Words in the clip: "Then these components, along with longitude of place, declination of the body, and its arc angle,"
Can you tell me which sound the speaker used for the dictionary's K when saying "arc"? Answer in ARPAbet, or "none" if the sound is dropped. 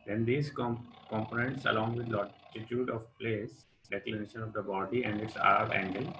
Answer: none